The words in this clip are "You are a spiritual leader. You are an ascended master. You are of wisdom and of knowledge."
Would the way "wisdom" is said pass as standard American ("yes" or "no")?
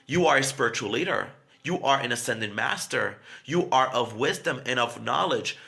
yes